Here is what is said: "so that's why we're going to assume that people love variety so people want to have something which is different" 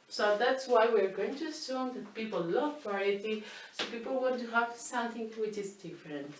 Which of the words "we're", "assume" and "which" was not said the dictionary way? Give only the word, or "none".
none